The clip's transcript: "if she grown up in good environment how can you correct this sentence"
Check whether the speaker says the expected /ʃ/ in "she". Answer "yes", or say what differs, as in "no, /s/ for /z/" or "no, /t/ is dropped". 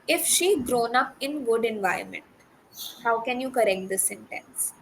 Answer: yes